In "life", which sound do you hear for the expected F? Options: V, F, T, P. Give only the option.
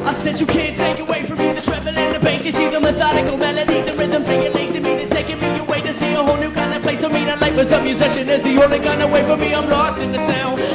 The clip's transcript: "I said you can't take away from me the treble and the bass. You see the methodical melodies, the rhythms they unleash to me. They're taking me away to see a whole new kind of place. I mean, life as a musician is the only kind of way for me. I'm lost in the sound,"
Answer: P